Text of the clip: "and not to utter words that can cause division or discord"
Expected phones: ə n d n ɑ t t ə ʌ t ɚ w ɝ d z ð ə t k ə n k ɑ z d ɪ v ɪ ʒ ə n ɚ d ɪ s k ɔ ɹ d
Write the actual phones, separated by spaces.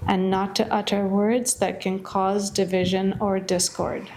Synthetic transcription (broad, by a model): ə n n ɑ t t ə ʌ t ɚ w ɝ d z ð ə t k ə n k ɑ z d ɪ v ɪ ʒ ə n ɚ d ɪ s k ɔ ɹ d